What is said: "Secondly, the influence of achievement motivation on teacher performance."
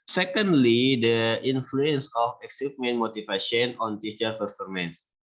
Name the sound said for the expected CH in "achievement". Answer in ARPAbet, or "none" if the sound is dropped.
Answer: S